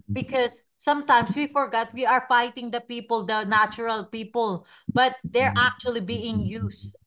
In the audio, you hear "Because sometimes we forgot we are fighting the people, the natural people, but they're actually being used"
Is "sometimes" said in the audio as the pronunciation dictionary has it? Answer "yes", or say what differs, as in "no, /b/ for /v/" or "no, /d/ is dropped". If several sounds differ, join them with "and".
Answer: no, /s/ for /z/